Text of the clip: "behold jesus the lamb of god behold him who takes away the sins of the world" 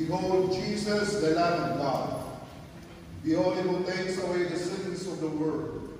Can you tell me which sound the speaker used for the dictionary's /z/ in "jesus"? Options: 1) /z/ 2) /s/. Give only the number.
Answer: 2